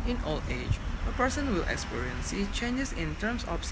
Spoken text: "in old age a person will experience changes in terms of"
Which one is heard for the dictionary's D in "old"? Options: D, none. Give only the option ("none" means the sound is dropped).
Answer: none